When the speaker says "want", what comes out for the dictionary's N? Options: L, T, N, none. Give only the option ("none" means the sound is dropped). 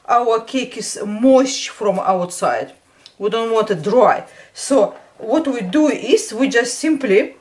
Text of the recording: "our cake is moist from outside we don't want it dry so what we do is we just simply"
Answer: N